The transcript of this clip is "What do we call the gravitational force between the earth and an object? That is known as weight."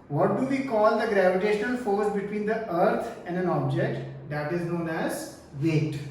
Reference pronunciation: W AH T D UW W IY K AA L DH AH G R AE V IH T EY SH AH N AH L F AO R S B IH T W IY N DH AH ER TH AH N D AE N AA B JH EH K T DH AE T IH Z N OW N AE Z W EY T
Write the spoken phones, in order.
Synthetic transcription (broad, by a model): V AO T D UW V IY K AA L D AH G R AE V IH T EY SH AH N AH L F AO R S B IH T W IY N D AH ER T AH N D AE N AA B JH EH K T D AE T IH Z N OW N AE Z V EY T